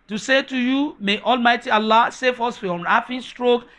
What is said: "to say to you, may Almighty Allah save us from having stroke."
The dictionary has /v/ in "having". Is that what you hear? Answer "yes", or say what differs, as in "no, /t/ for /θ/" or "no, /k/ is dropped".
no, /f/ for /v/